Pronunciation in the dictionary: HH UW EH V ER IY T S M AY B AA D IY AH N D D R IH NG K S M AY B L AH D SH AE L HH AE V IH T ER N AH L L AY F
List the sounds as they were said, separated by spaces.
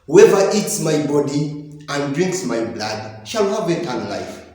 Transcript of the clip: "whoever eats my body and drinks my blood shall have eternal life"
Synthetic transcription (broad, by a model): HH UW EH V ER IY T S M AY B AA D IY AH N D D R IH NG K S M AY B L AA D SH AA L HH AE V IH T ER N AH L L AY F